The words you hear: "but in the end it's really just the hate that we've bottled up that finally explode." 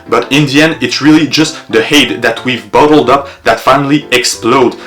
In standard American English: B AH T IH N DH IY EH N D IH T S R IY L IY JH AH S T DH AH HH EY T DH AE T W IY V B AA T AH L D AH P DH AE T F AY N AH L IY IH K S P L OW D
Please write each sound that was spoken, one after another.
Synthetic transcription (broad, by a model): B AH T IH N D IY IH N IH T S R IY L IY JH AH S T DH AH HH EY T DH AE T W IY V B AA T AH L D AH P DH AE T F AY N AH L IY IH K S P L OW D